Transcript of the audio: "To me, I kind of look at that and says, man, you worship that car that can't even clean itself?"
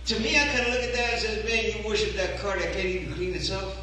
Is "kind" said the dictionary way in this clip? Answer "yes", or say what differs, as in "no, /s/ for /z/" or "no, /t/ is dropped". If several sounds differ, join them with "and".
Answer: no, /d/ is dropped